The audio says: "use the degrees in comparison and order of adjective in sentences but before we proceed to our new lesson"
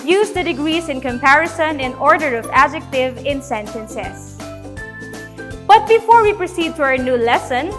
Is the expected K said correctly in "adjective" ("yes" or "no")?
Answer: yes